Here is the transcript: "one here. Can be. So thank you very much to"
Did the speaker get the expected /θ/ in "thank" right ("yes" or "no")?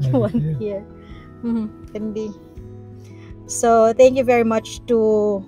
no